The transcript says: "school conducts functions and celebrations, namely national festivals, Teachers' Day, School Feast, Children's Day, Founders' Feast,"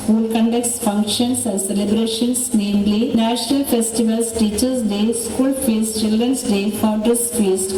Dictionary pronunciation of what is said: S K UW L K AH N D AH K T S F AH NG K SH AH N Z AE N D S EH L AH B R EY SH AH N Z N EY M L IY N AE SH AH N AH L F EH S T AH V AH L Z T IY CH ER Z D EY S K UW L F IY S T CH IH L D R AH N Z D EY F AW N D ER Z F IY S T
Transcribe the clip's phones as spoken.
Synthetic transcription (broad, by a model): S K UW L K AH N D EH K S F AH NG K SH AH N S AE N D S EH L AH B R EY SH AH N S N EY M L IY N AE SH AH N AH L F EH S T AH V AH L S T IY CH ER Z D EY S K UW L F IY S T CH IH L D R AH N S D EY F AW D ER S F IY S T